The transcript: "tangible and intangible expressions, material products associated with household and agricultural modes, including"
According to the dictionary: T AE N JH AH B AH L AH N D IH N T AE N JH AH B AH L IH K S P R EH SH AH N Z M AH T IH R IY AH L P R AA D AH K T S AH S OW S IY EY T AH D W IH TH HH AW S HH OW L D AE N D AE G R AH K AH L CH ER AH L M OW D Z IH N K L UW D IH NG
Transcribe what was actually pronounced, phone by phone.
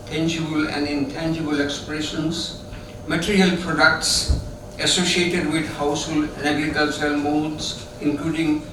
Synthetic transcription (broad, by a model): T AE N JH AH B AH L AH N D IH N T AE N JH AH B AH L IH K S P R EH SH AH N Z M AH T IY R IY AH L P R AA D AH K T S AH S OW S IY EY T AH D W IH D HH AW S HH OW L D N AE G AH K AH L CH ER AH L M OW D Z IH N K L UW D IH NG